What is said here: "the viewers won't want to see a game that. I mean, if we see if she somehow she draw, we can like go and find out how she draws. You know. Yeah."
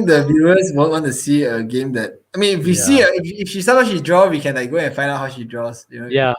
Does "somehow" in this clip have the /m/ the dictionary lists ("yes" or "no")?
no